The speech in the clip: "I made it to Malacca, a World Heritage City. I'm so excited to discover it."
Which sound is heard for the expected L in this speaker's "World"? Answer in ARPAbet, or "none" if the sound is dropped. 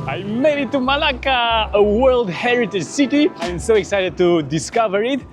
L